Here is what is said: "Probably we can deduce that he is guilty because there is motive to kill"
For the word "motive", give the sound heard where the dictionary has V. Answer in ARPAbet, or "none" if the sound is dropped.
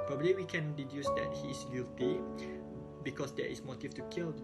F